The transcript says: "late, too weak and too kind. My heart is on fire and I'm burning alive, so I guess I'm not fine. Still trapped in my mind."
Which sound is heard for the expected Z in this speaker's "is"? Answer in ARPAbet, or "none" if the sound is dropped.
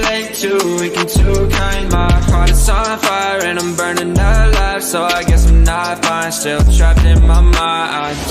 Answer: S